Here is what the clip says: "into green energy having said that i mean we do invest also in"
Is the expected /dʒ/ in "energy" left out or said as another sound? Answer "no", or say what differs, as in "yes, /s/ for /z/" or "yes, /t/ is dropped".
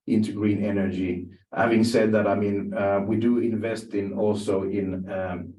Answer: no